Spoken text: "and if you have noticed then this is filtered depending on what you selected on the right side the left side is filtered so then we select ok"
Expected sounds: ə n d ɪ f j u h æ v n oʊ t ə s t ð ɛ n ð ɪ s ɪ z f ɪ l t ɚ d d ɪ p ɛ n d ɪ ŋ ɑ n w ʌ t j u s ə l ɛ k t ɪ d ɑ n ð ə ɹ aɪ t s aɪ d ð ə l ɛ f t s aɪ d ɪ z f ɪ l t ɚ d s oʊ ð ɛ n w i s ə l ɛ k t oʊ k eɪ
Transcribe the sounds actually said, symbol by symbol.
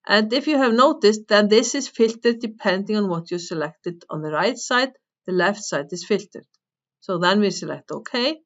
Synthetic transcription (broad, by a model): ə n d ɪ f j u h æ v n oʊ t ə s t ð ɛ n ð ɪ s ɪ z f ɪ l t ɚ d d ɪ p ɛ n d ɪ ŋ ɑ n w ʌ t j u s ə l ɛ k t ɪ d ɑ n ð ə ɹ aɪ t s aɪ d ð ə l ɛ f t s aɪ d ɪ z f ɪ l t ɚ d s oʊ ð ɛ n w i s ə l ɛ k t oʊ k eɪ